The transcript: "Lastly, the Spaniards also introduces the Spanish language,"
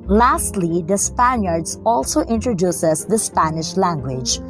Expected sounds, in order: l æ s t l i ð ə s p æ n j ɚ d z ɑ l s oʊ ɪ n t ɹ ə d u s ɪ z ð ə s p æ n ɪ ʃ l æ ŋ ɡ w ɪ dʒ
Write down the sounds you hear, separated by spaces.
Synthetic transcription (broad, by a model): l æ s t l i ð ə s p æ n j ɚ d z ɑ l s oʊ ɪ n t ɹ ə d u s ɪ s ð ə s p æ n ɪ ʃ l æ ŋ ɡ w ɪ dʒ